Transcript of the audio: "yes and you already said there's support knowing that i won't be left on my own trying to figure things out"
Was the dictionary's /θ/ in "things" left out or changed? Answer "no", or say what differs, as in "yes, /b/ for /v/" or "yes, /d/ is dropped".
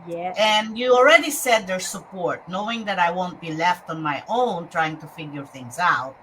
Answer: no